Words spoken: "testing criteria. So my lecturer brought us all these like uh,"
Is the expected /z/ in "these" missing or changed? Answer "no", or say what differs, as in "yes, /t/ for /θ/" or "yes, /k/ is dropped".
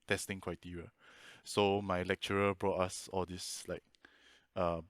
yes, /s/ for /z/